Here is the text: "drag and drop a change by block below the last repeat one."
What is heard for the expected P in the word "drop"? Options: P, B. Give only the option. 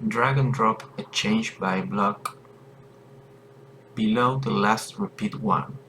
P